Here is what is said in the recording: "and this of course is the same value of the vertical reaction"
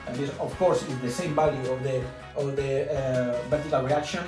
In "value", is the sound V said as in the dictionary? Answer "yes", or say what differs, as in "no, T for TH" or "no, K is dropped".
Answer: no, B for V